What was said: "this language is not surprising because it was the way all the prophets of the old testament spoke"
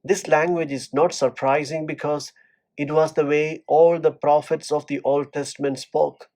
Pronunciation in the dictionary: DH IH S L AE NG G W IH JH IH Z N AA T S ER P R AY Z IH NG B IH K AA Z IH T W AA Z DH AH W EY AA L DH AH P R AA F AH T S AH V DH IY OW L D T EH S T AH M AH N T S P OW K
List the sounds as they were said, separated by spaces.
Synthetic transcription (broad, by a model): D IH S L AE NG G W IH JH IH Z N AA T S ER P R AY Z IH NG B IH K AA Z IH T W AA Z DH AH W EY AA L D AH P R AA F AH T S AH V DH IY OW L D T EH S T AH M AH N T S P OW K